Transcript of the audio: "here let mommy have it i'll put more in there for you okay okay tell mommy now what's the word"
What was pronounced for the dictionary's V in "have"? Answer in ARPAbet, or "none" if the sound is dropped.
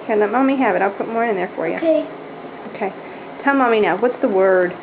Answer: V